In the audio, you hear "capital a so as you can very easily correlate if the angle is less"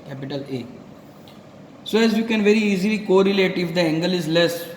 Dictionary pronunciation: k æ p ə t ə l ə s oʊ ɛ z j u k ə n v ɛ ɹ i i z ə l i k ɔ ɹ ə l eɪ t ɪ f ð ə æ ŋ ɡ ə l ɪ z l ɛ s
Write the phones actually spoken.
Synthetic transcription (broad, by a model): k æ p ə t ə l ə s oʊ ɛ z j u k ə n v ɛ ɹ i i z ə l i k ɔ ɹ ə l eɪ t ɪ f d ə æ ŋ ɡ ə l ɪ z l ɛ s